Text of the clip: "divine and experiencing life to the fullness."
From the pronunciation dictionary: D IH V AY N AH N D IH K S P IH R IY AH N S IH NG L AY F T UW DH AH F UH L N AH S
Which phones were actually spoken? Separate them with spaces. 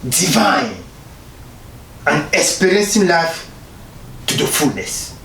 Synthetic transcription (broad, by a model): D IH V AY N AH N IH S P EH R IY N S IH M L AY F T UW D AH F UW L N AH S